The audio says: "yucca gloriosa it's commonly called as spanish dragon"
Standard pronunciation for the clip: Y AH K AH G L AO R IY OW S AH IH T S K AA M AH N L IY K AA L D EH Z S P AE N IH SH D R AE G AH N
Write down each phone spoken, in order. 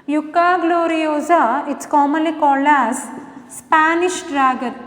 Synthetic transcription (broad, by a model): Y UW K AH G L AO R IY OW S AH IH T S K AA M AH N L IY K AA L AA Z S P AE N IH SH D R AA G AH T